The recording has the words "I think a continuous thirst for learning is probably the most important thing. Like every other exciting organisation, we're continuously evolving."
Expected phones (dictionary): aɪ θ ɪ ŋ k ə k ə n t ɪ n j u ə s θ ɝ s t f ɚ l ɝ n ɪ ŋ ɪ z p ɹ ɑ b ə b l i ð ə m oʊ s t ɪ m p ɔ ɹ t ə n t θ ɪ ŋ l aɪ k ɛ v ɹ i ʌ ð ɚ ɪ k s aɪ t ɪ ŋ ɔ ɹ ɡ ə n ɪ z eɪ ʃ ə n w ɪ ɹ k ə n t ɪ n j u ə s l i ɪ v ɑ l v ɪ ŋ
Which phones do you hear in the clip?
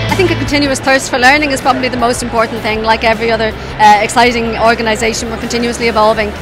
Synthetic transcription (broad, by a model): aɪ θ ɪ ŋ k ə k ə n t ɪ n j u ə s θ ɝ s t f ɚ l ɝ n ɪ ŋ ɪ z p ɹ ɑ b ə b l i ð ə m oʊ s t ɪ m p ɔ ɹ t n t θ ɪ ŋ l aɪ k ɛ v ɹ i ʌ ð ɚ ɪ k s aɪ t ɪ ŋ ɔ ɹ ɡ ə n ɪ z eɪ ʃ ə n w ɪ ɹ k ə n t ɪ n j u ə s l i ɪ v ɑ l v ɪ ŋ